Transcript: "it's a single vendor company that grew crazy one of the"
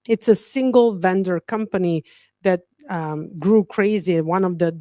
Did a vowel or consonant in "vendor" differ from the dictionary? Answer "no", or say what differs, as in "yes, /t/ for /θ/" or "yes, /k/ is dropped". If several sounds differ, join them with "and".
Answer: no